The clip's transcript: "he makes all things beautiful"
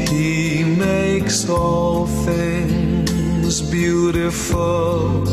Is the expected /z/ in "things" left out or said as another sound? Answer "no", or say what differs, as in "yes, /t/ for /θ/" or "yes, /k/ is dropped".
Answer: no